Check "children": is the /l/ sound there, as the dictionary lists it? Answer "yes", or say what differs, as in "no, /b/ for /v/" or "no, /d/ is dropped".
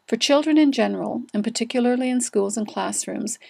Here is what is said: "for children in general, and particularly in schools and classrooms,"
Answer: yes